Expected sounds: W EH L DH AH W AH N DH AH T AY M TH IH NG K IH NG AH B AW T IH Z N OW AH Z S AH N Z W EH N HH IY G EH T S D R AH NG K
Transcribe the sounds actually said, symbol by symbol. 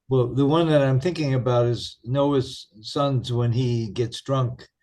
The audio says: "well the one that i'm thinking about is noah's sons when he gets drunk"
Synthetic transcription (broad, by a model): W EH L DH AH W AH N DH AH T AY M TH IH NG K IH NG AH B AW T IH Z N OW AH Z S AH N Z W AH N IY G EH T S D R AH NG K